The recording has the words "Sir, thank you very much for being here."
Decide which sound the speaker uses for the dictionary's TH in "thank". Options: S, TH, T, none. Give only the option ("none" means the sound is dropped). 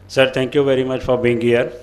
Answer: T